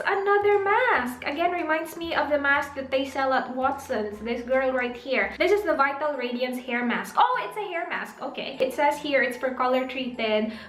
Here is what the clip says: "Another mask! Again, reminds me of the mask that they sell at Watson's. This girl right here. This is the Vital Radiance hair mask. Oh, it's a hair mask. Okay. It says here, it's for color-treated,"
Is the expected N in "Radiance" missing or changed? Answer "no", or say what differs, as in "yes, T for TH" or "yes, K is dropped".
no